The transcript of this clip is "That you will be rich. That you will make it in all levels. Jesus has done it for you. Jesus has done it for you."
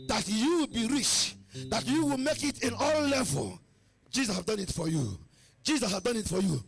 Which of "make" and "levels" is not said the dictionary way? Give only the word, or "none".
levels